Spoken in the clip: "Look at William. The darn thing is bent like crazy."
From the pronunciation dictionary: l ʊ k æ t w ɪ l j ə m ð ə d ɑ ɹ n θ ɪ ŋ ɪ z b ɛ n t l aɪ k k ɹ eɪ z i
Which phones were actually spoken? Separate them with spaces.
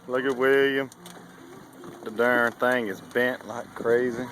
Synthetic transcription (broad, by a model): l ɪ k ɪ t w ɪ j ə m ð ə d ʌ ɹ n θ ɪ ŋ ɪ z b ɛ n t l aɪ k k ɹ eɪ z i